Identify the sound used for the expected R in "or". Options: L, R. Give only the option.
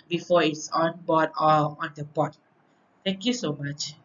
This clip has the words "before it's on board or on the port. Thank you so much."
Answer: L